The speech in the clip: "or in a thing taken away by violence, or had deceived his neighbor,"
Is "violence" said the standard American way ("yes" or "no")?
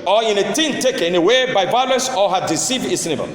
yes